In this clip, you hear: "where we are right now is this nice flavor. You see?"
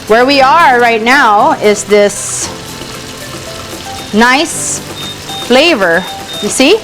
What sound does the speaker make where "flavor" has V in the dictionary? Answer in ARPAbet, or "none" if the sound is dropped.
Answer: V